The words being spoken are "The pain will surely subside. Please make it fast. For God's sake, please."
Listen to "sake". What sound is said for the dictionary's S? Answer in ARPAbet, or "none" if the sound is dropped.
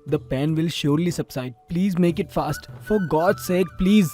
S